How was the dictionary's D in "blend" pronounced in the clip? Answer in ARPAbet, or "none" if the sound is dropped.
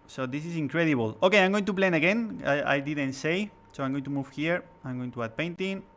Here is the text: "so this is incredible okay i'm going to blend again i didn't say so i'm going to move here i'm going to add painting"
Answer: none